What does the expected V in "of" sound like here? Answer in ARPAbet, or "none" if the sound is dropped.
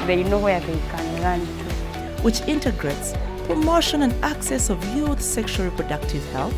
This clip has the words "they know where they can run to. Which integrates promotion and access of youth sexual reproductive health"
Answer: V